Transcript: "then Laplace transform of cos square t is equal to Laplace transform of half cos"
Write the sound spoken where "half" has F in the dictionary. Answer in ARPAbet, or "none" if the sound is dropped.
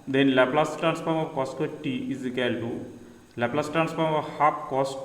P